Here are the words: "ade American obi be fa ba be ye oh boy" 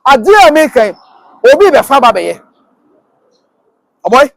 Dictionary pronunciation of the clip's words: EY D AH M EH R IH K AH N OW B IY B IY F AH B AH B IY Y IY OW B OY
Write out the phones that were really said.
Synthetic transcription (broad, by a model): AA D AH EH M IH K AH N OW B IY B IY F AH B AH B IY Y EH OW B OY